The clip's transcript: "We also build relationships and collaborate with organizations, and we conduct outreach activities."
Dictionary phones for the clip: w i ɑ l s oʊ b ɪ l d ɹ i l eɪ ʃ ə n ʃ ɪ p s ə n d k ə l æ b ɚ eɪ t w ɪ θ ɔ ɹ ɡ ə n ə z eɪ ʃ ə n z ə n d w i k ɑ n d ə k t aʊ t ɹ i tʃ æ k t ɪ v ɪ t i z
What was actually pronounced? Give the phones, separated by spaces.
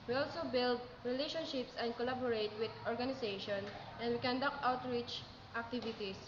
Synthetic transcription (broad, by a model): w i ɑ l s oʊ b ɪ l d ɹ i l eɪ ʃ ə n ʃ ɪ p s ə n d k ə l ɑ b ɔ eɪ t w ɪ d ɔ ɹ ɡ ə n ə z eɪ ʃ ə n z ə n d w i k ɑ n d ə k aʊ t ɹ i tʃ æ k t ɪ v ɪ t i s